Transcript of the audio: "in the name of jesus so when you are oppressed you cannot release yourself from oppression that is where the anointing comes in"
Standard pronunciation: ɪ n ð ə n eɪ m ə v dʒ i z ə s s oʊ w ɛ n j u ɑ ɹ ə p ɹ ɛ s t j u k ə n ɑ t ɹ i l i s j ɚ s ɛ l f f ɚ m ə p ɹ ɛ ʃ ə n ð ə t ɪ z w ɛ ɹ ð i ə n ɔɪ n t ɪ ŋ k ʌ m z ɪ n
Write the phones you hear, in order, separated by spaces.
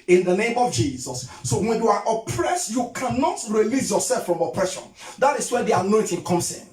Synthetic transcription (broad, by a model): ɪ n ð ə n eɪ m ə v dʒ i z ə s s oʊ w ɛ n j u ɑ ɹ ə p ɹ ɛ s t j u k ə n ɑ t ɹ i l i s j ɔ s ɛ l f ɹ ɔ m ə p ɹ ɛ ʃ ə n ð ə t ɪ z w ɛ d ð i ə n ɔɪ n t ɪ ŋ k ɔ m s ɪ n